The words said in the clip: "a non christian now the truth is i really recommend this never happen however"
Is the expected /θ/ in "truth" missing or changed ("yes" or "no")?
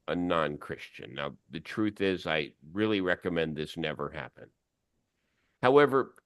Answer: no